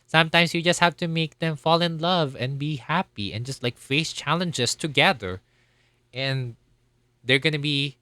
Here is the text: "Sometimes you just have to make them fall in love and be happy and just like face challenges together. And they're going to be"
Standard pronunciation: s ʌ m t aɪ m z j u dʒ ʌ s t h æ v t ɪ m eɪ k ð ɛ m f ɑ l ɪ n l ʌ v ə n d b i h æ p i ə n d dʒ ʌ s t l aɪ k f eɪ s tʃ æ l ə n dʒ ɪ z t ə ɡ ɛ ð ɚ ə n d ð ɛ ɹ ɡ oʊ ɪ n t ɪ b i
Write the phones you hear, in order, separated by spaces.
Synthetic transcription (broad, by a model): s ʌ m t aɪ m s j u dʒ ʌ s t h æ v t ɪ m eɪ k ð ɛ m f ɑ l ɪ n l ʌ v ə n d b i h æ p i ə n dʒ ʌ s t l aɪ k f eɪ s tʃ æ l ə n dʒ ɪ s t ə ɡ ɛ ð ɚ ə n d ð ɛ ɹ ɡ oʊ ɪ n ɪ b i